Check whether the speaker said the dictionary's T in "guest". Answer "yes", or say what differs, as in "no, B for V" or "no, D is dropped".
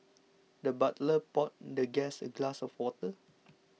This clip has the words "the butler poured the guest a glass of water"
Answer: no, T is dropped